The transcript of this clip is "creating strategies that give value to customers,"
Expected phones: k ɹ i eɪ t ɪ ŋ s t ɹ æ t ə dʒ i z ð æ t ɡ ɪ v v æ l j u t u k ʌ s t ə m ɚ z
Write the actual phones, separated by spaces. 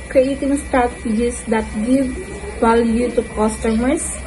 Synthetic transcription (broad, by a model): k ɹ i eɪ t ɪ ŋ s t æ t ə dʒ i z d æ t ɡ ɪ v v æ l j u t u k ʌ s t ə m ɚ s